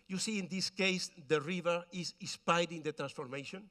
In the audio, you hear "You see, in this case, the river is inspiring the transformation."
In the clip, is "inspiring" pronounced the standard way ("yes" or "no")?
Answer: no